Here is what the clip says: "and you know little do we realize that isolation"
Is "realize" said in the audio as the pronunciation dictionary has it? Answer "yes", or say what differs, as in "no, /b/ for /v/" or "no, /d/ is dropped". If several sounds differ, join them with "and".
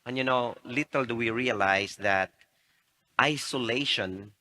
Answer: no, /s/ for /z/